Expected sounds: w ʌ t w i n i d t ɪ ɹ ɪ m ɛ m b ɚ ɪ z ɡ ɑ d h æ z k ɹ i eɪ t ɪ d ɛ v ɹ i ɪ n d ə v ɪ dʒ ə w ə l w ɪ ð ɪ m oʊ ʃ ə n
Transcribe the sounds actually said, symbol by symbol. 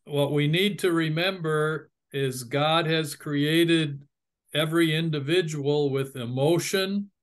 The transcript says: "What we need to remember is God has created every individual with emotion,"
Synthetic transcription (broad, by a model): w ʌ t w i n i d t ɪ ɹ ɪ m ɛ m b ɚ ɪ z ɡ ɑ d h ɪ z k ɹ i eɪ t ɪ d ɛ v ɹ i ɪ n d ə v ɪ dʒ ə w l w ɪ ð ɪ m oʊ ʃ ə n